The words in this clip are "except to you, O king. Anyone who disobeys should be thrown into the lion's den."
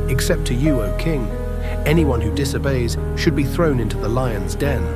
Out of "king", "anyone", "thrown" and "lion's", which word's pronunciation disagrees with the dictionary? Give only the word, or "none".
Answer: none